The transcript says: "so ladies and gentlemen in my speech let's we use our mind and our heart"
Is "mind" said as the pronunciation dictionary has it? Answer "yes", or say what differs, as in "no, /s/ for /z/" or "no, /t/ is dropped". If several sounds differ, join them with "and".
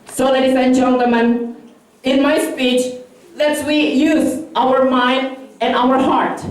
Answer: yes